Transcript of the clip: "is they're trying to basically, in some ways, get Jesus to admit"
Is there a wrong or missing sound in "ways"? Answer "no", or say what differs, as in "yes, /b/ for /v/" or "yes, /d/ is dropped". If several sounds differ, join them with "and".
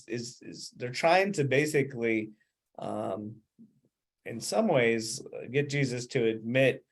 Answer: no